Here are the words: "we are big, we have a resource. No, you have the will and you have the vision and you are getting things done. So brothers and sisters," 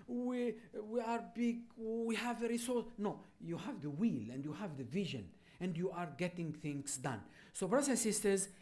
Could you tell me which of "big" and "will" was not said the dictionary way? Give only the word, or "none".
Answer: none